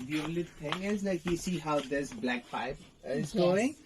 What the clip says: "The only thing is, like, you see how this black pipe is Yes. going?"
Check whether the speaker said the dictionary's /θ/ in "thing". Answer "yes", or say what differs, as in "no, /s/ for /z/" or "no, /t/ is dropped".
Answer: no, /t/ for /θ/